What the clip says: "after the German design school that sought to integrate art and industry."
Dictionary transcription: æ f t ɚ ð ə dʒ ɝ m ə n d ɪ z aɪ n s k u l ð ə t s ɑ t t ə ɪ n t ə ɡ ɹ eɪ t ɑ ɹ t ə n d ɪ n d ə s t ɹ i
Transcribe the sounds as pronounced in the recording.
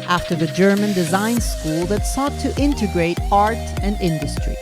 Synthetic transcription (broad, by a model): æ f t ɚ ð ə dʒ ɝ m ə n d ɪ z aɪ n s k u l ð ə t s ɑ t t ɪ n t ə ɡ ɹ eɪ t ɑ ɹ t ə n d ɪ n d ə s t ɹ i